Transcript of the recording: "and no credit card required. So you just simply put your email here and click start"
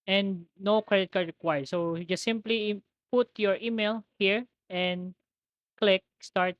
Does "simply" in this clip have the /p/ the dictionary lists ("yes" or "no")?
yes